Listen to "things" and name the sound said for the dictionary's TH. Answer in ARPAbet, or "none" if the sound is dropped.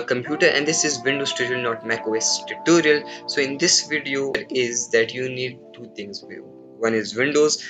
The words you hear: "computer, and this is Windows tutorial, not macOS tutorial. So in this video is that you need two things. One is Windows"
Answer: T